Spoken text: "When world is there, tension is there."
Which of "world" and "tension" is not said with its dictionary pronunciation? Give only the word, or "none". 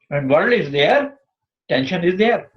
world